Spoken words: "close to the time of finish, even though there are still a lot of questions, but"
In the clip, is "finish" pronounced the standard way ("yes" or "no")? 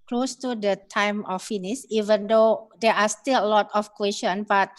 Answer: no